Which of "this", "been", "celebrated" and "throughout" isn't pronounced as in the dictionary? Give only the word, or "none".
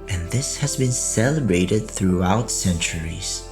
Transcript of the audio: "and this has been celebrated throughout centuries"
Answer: none